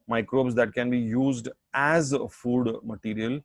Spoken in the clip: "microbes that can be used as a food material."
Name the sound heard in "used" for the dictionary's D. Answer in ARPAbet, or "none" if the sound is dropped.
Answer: D